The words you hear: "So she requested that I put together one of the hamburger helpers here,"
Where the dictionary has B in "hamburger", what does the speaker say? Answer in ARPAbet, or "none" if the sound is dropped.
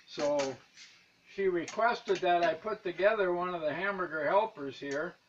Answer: none